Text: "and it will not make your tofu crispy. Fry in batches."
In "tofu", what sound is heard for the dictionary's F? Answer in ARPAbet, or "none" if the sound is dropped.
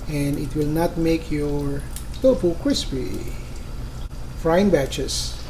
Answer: P